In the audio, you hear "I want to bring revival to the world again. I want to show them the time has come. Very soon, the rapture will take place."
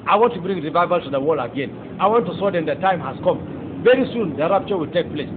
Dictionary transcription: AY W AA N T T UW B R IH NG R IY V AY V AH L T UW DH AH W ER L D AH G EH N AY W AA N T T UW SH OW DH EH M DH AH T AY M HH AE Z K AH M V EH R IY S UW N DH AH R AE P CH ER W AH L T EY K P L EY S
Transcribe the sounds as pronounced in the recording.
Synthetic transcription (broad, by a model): AY W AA N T T UW B R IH NG R IY V AY V AH L T UW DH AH W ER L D AH G EH N AY W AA N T T UW S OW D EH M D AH T AY M HH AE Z K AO M V EH R IY S UW N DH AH R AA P CH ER W AH L T EY K P L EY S